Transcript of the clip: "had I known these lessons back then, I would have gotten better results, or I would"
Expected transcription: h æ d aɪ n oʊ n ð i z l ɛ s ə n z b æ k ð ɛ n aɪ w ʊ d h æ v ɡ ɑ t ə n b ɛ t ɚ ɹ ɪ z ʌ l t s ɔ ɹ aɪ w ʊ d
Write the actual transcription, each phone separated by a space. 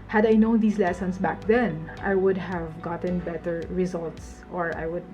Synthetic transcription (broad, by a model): h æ d aɪ n oʊ n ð i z l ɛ s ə n s b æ k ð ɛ n aɪ w ʊ d h æ v ɡ ɑ t ə n b ɛ t ɚ ɹ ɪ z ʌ l t s ɔ ɹ aɪ w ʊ d